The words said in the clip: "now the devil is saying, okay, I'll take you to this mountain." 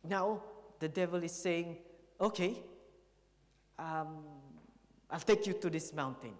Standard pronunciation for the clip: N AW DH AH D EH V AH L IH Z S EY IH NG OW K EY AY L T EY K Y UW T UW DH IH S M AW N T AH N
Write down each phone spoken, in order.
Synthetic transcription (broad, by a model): N AW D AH D EH V AH L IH S EY IH NG OW K EY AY L T EY K Y UW T UW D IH S M AW N T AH N